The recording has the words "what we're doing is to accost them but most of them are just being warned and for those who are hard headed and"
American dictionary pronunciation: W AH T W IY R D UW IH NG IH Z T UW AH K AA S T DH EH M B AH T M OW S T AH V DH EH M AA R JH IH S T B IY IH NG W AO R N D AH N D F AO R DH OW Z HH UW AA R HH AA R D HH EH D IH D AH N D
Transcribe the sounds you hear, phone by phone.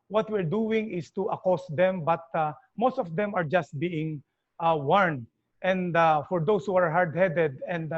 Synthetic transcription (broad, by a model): W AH T W IY R D UW IH NG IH S T UW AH K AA S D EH M B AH T M OW S T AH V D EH M AA R JH IH S T B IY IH NG W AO R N D AH N D F AO R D OW S HH UW AA R HH AA R D HH EH D IH D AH N D